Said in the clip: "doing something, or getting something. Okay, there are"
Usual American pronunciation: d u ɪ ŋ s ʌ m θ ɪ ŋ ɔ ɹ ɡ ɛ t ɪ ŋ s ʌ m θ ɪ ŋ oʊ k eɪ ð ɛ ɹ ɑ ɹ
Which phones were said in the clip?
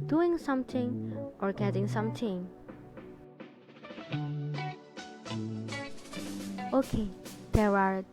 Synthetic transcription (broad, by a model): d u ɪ ŋ s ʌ m t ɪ ŋ ɔ ɹ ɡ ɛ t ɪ ŋ s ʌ m t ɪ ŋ oʊ k eɪ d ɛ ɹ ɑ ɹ